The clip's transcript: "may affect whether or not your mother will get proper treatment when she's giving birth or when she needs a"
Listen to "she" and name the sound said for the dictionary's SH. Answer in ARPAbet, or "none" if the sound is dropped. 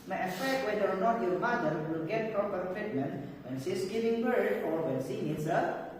S